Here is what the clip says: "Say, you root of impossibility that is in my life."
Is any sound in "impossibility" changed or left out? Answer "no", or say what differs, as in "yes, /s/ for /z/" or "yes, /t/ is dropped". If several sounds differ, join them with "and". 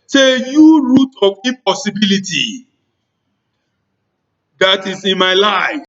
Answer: yes, /m/ is dropped